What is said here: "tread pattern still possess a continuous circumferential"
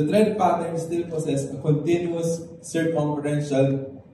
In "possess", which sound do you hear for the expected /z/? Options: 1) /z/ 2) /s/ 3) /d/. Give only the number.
2